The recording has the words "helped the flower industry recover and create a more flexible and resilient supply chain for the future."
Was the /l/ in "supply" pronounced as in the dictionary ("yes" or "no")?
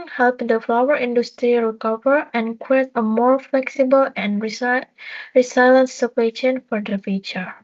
no